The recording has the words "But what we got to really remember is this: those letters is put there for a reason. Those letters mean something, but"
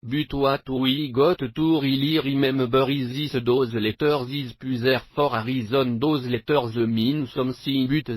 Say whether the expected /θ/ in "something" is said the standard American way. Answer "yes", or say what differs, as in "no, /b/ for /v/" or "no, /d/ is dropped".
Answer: no, /s/ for /θ/